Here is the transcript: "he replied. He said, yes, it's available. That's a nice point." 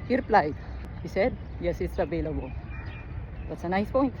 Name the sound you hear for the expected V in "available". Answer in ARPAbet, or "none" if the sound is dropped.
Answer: B